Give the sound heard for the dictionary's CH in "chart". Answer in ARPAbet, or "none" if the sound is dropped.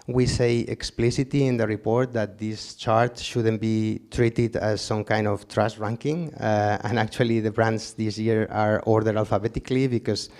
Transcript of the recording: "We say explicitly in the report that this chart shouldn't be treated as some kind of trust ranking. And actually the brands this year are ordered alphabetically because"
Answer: CH